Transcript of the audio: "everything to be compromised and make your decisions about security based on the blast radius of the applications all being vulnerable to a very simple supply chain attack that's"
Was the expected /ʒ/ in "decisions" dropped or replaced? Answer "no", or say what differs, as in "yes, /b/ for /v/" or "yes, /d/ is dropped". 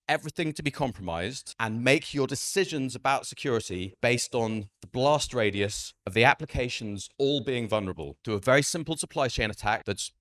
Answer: no